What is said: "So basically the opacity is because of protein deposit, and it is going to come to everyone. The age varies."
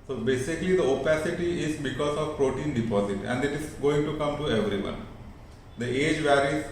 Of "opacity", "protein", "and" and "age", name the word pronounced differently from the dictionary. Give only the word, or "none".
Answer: none